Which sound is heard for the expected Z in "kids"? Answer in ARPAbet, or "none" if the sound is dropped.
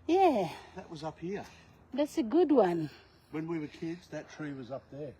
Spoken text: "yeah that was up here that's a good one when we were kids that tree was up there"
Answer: Z